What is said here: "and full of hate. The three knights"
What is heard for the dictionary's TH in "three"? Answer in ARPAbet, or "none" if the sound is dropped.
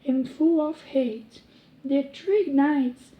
T